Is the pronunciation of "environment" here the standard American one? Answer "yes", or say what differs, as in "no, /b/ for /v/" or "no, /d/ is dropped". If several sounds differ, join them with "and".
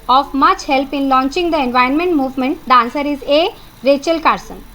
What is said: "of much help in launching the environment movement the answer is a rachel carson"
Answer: no, /ɹ/ is dropped